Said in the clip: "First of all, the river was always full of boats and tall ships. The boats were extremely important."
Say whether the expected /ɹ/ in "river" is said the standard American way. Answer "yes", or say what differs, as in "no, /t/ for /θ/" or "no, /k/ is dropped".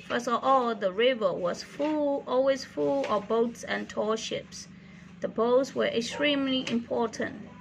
yes